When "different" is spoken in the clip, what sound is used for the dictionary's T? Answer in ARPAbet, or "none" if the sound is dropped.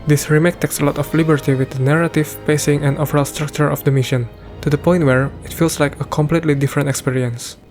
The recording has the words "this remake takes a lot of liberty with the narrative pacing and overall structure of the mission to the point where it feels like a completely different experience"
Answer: T